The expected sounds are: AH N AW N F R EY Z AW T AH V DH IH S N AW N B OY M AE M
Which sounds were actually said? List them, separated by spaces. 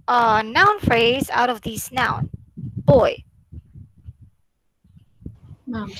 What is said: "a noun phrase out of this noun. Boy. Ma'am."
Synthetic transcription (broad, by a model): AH N AW N F R EY Z AW T AH V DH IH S N AW N B OY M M